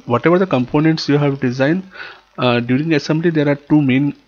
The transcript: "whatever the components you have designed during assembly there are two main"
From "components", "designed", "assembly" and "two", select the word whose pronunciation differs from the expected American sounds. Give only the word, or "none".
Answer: none